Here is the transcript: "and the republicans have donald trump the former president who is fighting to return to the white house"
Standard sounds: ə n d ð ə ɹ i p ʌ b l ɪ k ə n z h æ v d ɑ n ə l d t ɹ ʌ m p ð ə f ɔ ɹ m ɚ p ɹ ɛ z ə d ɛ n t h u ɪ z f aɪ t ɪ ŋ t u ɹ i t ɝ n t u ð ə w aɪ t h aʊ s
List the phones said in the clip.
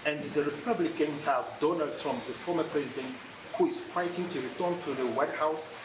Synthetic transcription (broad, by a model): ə n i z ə ɹ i p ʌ b l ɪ k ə n h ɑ f d ɑ n ə l d t ɹ ʌ m p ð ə f ɔ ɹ m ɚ p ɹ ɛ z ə d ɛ n t h u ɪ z f aɪ t ɪ ŋ t u ɹ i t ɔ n t u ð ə w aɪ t h aʊ s